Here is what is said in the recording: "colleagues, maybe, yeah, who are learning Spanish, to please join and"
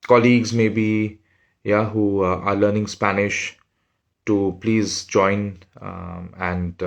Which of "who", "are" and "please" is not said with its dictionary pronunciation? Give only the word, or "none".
none